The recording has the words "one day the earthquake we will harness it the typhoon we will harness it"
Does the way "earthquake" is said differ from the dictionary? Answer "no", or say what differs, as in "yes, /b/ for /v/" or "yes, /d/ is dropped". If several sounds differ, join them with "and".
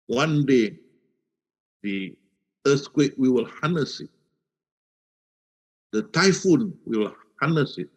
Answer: yes, /s/ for /θ/